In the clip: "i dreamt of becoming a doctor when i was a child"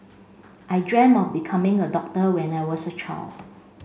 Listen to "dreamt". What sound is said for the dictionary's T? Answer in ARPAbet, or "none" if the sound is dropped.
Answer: none